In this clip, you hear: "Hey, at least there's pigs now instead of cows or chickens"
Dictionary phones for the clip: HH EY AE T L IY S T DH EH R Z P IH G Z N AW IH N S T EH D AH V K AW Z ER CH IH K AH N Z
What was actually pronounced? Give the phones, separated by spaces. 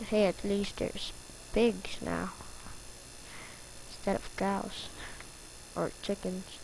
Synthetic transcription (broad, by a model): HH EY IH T L IY S T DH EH R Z B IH G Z N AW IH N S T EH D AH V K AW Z ER CH IH K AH N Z